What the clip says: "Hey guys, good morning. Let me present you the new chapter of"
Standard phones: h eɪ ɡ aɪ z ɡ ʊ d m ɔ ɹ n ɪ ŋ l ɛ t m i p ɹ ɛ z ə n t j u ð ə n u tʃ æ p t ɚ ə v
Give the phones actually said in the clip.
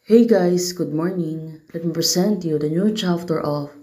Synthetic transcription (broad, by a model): h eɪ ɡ aɪ s ɡ ʊ d m ɔ ɹ n ɪ ŋ l ɛ t m i p ɹ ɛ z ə n t j u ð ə n u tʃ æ f t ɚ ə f